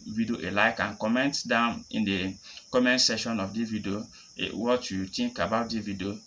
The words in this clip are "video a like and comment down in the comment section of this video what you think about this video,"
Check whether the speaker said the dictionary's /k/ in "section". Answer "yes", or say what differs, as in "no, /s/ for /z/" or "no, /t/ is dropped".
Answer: no, /k/ is dropped